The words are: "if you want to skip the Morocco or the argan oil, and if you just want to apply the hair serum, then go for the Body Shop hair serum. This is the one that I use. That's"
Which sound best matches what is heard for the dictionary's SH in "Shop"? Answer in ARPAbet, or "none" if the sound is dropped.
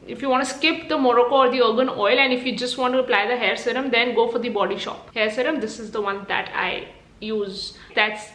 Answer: SH